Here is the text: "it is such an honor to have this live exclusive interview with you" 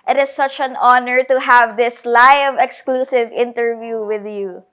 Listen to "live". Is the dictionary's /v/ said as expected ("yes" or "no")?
yes